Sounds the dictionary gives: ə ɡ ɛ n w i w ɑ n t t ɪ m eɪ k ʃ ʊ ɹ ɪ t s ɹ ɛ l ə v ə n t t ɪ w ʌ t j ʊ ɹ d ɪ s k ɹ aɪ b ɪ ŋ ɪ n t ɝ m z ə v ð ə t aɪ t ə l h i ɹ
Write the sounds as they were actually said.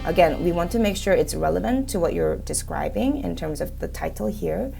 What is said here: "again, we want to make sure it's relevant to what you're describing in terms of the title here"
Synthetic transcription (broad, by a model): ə ɡ ɛ n w i w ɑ n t t ɪ m eɪ k ʃ ʊ ɹ ɪ t s ɹ ɛ l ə v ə n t t ɪ w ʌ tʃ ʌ ɹ d ɪ s k ɹ aɪ b ɪ ŋ ɪ n t ɝ m z ə v ð ə t aɪ t l h i ɹ